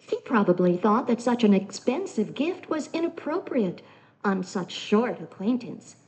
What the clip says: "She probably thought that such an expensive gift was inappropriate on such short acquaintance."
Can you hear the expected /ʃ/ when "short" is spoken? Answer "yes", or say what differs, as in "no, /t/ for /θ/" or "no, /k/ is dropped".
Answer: yes